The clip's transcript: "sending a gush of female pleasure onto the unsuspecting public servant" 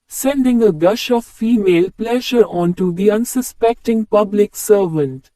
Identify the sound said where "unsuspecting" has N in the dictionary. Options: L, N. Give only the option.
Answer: N